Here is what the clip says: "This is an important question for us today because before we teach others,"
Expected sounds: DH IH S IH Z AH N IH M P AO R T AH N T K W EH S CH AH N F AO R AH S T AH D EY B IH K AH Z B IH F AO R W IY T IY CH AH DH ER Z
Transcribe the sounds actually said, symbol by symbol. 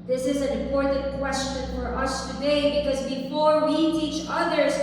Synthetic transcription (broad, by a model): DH IH S IH Z AH N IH M P AO R T N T K W EH S CH AH N F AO R AH S T AH D EY B IH K AH Z B IH F AO R W IY T IY CH AH DH ER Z